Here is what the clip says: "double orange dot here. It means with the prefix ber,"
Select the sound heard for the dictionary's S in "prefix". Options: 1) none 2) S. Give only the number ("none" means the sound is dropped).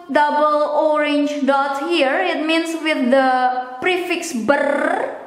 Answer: 2